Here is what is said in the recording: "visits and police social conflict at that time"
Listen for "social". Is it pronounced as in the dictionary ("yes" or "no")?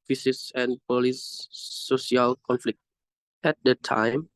no